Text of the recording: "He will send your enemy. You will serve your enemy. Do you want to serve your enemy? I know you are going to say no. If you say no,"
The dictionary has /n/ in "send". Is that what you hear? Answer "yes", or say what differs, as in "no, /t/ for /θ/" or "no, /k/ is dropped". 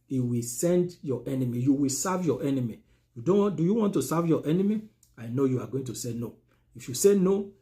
yes